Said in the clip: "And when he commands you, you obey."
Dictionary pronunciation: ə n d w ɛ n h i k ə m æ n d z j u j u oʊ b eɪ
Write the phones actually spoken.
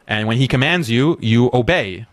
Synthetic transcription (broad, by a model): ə n w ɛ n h i k ə m æ n d z j u j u oʊ b eɪ